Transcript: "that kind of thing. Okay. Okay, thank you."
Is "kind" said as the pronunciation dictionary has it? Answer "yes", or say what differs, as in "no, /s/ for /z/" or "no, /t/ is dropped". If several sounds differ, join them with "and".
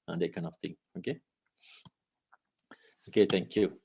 no, /d/ is dropped